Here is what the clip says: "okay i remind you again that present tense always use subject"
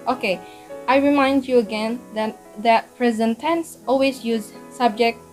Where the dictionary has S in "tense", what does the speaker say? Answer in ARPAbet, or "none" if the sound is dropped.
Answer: S